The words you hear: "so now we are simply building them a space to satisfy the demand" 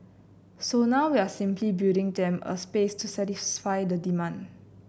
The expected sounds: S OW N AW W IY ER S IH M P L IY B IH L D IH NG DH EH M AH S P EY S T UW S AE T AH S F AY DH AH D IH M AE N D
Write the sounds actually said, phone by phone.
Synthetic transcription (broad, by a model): S OW N AW W IY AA S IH M P L IY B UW D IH NG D EH M AH S P EY S T UW S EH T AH S F AY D AH D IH M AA N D